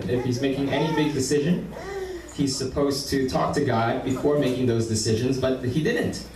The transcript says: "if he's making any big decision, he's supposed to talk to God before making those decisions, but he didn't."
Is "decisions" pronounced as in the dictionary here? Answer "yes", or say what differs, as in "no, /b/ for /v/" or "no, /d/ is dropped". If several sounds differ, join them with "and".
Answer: yes